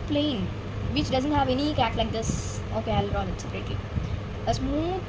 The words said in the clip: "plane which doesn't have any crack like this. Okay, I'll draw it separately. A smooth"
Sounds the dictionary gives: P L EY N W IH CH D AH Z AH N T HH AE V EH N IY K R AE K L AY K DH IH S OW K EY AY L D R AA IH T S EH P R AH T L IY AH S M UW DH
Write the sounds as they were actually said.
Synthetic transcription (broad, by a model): P L EY N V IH CH D AH Z AH N T HH AE V EH N IY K AE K L AY K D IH S OW K EY AY L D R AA IH T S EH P R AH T L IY AH S M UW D